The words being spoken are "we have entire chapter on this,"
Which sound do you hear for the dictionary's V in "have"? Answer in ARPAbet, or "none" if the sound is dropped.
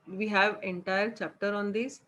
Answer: V